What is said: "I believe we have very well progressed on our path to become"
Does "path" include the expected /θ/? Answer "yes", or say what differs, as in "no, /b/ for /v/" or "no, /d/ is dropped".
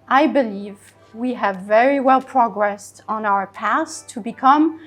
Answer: no, /s/ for /θ/